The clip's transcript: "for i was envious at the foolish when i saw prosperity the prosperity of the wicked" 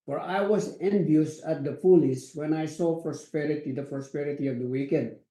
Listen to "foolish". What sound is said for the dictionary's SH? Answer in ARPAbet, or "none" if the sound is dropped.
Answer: S